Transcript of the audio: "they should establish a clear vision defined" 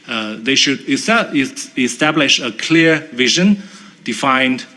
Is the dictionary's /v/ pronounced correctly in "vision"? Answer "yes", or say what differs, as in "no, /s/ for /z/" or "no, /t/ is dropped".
yes